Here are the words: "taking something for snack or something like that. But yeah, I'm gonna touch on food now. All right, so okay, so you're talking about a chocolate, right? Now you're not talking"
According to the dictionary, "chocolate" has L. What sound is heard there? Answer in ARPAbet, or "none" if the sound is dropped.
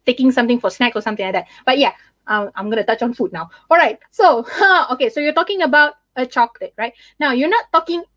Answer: none